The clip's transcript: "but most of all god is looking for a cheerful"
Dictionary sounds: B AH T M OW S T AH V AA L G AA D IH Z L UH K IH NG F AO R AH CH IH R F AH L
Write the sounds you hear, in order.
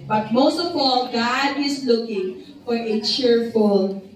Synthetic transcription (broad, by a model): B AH T M OW S T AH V AA L G AA D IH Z L UH K IH NG F AO R AH CH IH R F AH L